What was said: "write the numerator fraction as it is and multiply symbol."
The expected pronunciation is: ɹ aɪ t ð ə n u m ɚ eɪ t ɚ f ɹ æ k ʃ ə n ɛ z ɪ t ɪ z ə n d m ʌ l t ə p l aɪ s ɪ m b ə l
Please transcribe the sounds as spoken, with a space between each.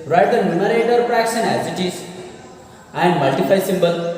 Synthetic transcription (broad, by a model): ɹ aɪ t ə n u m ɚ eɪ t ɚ p ɹ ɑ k s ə n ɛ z ɪ t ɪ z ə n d m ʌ l t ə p aɪ s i m b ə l